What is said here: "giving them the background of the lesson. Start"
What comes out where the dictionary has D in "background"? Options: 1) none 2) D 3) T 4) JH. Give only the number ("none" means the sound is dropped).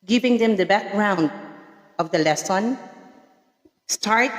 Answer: 2